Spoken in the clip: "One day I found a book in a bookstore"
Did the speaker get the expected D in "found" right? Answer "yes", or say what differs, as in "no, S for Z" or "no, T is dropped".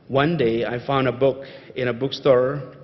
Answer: yes